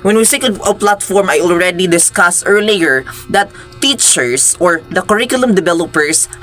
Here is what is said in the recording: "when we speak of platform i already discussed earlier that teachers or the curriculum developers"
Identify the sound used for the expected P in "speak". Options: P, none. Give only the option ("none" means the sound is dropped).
none